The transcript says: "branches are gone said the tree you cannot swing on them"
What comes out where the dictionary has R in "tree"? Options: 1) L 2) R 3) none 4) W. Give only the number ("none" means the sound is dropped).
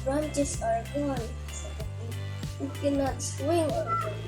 3